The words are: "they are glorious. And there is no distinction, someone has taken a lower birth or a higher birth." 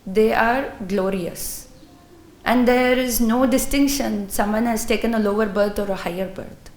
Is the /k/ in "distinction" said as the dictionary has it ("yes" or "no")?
yes